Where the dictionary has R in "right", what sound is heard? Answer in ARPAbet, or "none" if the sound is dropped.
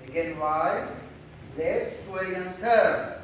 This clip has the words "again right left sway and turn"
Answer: W